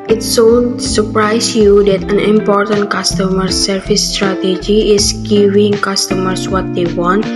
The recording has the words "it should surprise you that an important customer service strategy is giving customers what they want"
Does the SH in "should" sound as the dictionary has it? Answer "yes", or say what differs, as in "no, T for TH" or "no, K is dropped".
no, S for SH